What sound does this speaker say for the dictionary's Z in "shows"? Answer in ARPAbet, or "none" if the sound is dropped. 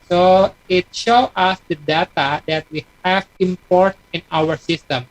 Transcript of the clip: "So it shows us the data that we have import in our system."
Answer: none